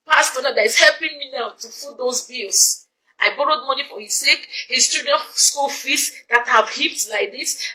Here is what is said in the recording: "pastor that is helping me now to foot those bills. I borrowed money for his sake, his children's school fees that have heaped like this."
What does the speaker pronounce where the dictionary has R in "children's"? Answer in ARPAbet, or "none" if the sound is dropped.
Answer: none